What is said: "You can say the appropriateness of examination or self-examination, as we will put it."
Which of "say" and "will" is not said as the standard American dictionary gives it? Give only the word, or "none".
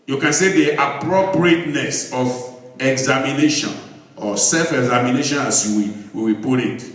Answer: will